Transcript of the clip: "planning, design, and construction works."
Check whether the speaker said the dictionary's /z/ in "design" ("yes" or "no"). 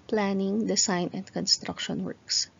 no